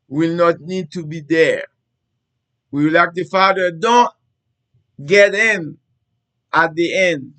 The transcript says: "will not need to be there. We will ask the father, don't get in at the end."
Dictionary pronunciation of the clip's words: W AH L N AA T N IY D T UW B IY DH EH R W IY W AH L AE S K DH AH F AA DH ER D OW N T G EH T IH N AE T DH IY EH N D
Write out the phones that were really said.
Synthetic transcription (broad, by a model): W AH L N AA T N IY D T UW B IY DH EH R W IY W L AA K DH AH F AA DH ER D OW N T G EH T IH N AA T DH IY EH N D